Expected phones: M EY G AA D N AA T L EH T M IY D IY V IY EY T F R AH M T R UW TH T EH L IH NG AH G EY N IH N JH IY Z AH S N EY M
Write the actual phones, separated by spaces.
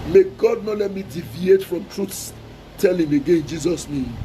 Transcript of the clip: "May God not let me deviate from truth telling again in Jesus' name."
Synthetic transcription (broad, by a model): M EY G AA D N AA T L EH T M IY D IY V IY EY T F R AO M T R UW S T EH L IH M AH G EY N IH N JH IY Z AH S N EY M